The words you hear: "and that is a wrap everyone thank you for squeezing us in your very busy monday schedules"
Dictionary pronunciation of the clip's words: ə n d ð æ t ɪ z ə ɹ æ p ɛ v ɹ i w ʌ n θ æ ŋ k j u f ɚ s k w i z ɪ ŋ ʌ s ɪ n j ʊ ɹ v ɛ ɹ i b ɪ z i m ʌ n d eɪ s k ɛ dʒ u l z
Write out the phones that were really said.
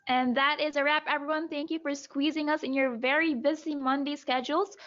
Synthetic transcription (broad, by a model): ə n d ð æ t ɪ z ə ɹ æ p ɛ v ɹ i w ʌ n θ æ ŋ k j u f ɚ s k w i z ɪ ŋ ʌ s ɪ n j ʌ ɹ v ɛ ɹ i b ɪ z i m ʌ n d eɪ s k ɛ dʒ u l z